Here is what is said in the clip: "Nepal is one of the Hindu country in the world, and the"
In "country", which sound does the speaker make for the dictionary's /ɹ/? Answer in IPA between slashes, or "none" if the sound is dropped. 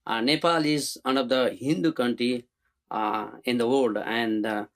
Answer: /ɹ/